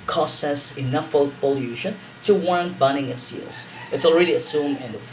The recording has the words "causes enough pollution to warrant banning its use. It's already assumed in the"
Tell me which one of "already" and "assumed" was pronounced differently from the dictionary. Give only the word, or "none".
assumed